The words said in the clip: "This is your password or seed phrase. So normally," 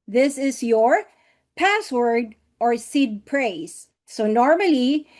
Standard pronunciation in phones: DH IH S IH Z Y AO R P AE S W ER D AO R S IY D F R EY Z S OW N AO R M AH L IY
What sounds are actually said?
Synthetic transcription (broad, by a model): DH IH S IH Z Y AO R P AE S W ER D AO R S IY D P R EY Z S OW N AO R M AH L IY